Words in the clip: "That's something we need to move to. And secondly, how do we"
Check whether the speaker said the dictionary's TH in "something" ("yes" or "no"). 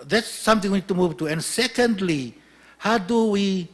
no